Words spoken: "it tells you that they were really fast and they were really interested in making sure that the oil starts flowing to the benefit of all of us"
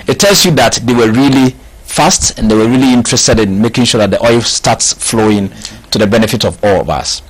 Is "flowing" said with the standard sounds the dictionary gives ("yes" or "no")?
yes